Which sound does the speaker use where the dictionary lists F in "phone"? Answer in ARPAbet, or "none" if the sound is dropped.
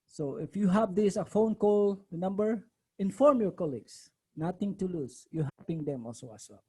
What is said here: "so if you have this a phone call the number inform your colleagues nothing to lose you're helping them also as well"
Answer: F